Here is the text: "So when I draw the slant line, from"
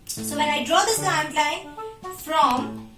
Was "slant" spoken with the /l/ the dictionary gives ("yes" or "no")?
no